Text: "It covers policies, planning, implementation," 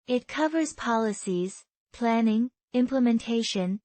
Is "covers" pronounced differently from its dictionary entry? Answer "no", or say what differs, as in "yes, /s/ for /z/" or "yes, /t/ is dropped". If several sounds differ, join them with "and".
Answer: no